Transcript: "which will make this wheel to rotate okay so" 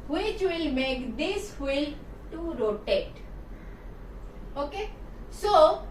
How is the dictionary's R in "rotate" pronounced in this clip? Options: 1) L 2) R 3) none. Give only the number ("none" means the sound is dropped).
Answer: 2